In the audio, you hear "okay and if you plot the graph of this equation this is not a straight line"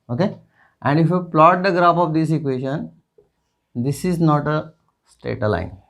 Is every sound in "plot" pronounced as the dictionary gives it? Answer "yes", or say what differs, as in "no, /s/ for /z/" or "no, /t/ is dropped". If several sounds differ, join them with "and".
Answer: yes